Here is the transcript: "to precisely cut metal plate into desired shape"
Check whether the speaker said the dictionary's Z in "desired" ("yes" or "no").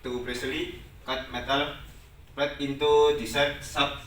no